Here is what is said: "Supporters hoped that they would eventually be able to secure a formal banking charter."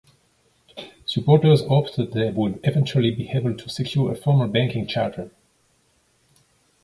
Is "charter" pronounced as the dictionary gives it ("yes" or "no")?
yes